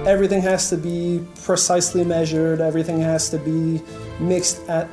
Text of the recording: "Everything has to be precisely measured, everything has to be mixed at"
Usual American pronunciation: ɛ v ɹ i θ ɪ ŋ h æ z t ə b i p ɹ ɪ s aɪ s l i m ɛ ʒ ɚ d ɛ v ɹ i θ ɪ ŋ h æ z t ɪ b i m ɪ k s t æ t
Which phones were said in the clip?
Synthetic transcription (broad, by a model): ɛ v ɹ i θ ɪ ŋ h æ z t ə b i p ɹ ɪ s aɪ s l i m ɛ ʒ ɚ d ɛ v ɹ i θ ɪ ŋ h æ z t ɪ b i m ɪ k s t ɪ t